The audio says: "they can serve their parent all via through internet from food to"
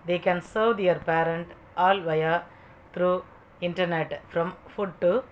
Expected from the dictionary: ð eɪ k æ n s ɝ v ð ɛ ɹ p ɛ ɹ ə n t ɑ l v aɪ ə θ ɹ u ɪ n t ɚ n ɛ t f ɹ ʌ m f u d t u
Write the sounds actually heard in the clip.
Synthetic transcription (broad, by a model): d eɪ k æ n s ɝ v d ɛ ɹ p ɛ ɹ ə n t ɑ l v aɪ ə t ɹ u ɪ n t ɚ n ɛ t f ɹ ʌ m f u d t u